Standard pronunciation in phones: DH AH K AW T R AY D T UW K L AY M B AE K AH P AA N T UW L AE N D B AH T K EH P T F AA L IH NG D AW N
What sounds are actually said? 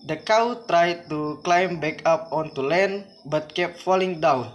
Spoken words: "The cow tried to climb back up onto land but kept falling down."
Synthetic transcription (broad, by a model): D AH K AW T R AY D T UW K L AY M B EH K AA P AA N T UW L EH N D B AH T K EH P F AA L IH NG D AW N